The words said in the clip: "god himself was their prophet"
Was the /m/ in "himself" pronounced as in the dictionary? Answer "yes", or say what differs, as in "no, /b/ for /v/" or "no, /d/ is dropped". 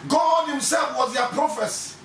yes